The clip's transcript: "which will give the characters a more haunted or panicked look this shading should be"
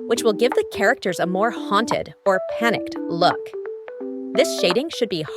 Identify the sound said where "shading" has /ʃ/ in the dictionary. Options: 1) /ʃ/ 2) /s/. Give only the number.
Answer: 1